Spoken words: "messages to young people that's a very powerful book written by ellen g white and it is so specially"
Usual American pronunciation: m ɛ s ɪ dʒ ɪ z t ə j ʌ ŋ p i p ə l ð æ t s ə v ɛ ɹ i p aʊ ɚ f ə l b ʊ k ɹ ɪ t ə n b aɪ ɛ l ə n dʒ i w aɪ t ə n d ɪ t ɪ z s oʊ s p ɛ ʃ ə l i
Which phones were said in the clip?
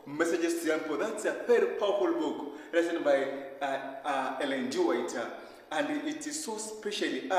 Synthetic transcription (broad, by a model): m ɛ s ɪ dʒ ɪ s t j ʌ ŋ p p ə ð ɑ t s ə f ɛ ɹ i p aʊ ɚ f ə l b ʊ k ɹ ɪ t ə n b aɪ ɛ l ə n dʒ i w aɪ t ə n d ɪ t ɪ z s oʊ s p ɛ ʃ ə l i